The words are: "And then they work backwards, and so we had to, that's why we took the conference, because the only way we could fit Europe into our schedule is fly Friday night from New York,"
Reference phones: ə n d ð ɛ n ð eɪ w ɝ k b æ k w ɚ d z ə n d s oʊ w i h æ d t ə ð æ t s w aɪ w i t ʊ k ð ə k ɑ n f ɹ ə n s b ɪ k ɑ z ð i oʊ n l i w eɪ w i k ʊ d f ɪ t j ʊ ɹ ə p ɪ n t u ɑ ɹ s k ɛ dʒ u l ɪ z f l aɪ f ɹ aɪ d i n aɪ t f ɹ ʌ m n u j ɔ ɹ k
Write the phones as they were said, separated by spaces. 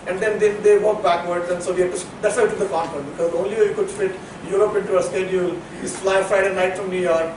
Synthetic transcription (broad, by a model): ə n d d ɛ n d eɪ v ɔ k b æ k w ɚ d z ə n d s oʊ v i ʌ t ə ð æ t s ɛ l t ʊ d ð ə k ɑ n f ə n b ɪ k ɑ z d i oʊ n l i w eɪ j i k ʊ d f ɪ t j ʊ ɹ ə p ɪ n t u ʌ s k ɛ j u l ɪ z f l aɪ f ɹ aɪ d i n aɪ t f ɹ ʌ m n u j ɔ ɹ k